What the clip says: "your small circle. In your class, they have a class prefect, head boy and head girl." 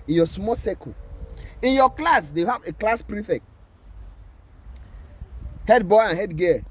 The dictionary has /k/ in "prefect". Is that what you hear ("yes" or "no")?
yes